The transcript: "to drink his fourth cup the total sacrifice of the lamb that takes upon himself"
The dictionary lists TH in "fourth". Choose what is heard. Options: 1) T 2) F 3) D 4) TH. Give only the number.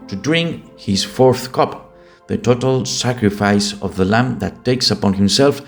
4